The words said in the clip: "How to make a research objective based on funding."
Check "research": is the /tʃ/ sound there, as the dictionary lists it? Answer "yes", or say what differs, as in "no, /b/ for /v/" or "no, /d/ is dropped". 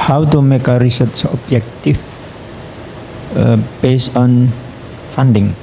no, /s/ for /tʃ/